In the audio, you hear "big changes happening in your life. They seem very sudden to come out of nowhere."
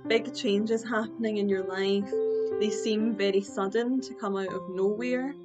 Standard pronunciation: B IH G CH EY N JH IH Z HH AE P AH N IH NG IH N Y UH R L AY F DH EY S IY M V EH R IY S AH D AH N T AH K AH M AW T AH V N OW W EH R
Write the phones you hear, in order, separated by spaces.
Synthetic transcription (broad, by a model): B IH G CH EY N JH IH Z HH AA P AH N IH NG IH N Y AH R L AY F DH EY S IY M V EH R IY S AH D N T AH K AH M AW T AH V N OW W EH R